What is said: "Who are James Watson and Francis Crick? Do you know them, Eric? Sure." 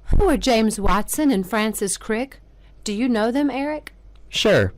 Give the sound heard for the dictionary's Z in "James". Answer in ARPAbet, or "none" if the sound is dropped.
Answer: Z